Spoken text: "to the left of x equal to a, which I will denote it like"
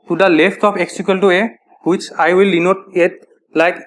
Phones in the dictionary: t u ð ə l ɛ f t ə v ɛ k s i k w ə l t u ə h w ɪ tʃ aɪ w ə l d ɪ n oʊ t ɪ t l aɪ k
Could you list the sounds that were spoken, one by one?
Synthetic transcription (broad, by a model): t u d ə l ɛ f t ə p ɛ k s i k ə l t u ə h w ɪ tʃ aɪ w ə l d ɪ n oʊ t ɪ t l aɪ k